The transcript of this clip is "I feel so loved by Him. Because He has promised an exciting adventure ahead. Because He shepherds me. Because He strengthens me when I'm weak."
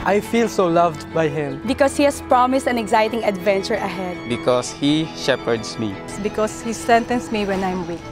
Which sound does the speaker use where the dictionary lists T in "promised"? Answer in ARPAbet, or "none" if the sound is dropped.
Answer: T